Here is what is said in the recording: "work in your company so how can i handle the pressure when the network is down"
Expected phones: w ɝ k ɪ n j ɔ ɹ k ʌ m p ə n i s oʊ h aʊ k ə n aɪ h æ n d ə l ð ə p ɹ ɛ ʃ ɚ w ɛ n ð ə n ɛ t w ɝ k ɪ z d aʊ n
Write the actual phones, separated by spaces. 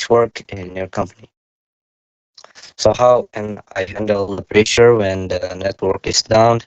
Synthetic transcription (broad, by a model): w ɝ k ɪ n j ɔ ɹ k ʌ m p ə n i s oʊ h aʊ k ə n aɪ h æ n d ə l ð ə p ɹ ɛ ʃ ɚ w ɛ n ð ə n ɛ t w ɝ k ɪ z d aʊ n